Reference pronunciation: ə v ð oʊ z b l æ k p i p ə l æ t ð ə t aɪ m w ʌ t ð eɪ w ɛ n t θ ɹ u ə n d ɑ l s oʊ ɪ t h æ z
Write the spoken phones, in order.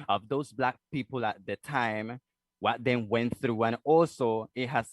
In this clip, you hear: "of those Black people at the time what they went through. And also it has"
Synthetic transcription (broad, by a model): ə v ð oʊ z b l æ k p i p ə l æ t ð ə t aɪ m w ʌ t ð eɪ w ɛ n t θ ɹ u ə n ɑ l s oʊ ɪ t h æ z